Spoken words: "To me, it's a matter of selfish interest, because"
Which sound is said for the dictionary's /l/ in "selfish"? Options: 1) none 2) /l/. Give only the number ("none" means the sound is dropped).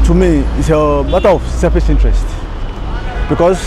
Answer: 1